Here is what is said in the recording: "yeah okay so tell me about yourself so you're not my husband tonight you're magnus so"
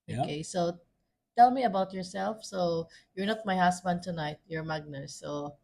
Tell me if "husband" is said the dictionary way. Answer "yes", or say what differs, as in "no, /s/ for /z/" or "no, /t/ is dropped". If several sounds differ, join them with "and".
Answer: no, /s/ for /z/